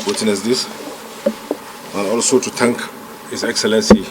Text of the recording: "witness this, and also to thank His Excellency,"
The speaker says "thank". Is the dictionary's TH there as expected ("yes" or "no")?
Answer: no